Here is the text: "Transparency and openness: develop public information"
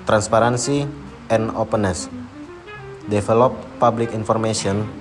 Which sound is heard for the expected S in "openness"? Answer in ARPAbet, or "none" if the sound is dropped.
S